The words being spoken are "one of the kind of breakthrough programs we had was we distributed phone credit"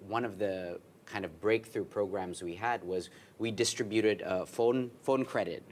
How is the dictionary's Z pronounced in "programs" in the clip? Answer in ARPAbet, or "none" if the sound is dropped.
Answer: Z